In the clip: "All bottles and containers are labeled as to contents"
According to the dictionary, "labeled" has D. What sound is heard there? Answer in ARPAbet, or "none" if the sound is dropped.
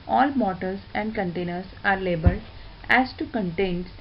none